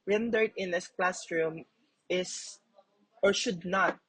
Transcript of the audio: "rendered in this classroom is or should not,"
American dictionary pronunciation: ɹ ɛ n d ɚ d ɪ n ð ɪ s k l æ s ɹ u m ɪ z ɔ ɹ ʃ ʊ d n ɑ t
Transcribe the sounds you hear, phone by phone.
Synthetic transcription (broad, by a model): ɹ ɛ n d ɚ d ɪ n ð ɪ s k l æ s ɹ u m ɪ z ɔ ɹ ʃ ʊ d n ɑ t